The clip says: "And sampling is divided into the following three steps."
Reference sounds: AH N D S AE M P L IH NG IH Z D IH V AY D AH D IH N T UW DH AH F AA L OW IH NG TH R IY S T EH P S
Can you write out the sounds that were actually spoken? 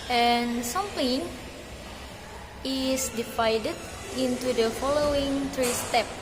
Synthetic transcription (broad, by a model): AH N S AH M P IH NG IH S D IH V AY D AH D IH N T UW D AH F AA L OW IH NG T R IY S T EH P